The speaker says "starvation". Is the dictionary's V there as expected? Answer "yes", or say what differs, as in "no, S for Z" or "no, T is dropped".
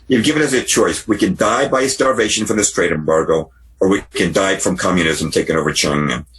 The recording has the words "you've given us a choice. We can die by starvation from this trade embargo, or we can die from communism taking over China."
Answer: yes